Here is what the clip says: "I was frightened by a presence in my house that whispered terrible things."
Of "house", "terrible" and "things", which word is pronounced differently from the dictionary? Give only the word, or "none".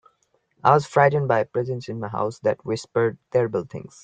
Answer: things